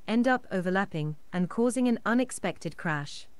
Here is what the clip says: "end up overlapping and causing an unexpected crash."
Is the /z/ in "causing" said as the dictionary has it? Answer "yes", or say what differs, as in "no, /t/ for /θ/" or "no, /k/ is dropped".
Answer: yes